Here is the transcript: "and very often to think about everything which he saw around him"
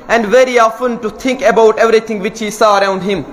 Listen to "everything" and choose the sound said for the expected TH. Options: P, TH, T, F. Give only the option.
T